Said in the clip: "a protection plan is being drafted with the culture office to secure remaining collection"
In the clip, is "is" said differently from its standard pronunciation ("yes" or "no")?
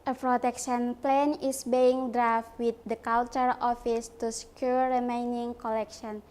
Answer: yes